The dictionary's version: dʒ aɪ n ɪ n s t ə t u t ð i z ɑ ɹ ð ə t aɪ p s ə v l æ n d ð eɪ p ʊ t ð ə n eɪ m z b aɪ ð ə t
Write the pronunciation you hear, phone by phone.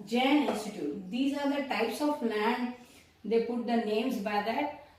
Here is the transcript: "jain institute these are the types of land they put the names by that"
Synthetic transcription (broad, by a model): dʒ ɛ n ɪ s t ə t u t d i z ɑ ɹ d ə t aɪ p s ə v l æ n d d eɪ p ʊ t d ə n eɪ m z b aɪ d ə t